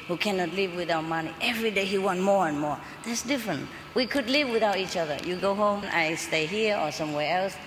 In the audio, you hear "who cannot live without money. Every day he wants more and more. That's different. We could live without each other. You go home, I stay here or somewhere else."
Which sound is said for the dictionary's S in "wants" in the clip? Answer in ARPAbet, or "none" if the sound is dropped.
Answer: none